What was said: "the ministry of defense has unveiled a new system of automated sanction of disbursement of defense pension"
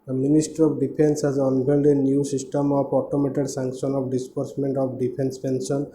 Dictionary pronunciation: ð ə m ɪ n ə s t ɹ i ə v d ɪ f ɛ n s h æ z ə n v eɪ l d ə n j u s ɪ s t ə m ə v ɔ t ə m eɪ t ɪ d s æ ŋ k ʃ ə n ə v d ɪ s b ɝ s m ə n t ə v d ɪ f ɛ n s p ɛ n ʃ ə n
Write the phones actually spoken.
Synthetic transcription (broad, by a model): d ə m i n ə s t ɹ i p d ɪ p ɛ n s h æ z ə n b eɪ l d ə n j u s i s t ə m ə p ɔ t ə m eɪ t ɪ d s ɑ ŋ k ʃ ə n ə p d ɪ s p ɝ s m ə n t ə p d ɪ p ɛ n s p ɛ n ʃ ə n